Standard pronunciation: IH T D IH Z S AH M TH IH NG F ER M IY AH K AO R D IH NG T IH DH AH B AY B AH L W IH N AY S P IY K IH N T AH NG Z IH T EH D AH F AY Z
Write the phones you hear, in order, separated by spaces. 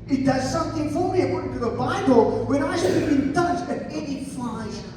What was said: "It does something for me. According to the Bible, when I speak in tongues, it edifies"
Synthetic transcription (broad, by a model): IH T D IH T S AH M TH IH NG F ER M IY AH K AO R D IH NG T IH DH AH B AY B AH L W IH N AY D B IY IH N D AH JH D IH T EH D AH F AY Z